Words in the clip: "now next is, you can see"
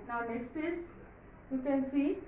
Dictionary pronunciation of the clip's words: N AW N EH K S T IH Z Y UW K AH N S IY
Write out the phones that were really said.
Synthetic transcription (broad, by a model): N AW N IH S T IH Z Y UW K AH N S IY